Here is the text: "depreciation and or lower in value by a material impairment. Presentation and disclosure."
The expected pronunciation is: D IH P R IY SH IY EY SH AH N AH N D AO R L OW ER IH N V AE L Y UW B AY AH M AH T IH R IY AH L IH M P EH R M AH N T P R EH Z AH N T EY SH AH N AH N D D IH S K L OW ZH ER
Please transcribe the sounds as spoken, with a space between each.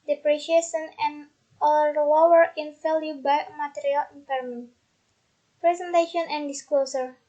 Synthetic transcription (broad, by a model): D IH P R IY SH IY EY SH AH N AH N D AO L L OW ER IH N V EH L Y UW B AY M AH T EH R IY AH L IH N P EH R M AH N P R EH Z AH N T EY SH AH N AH N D D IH S K L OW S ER